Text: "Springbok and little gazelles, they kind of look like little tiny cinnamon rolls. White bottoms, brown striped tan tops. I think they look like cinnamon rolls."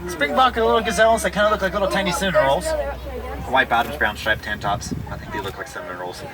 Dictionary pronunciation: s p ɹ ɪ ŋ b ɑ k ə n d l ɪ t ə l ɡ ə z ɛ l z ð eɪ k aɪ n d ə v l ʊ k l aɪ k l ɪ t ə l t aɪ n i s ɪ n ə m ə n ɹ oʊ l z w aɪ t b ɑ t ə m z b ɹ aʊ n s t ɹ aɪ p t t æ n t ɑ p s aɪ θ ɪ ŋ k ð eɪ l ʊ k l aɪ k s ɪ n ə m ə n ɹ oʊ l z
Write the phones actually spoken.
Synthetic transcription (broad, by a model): s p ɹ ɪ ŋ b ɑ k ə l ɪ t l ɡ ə z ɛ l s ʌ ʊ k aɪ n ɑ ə l ʊ k l aɪ k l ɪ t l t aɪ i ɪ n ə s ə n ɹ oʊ l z w aɪ t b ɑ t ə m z b ɹ aʊ n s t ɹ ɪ p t t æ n t ɑ p s aɪ θ ɪ ŋ k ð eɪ l ʊ k l aɪ k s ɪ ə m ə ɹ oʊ l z